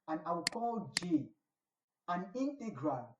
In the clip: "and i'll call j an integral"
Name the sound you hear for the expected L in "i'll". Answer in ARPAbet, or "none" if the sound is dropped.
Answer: W